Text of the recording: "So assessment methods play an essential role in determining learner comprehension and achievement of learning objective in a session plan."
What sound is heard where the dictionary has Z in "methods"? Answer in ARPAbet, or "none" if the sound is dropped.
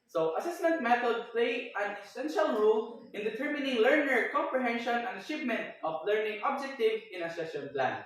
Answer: none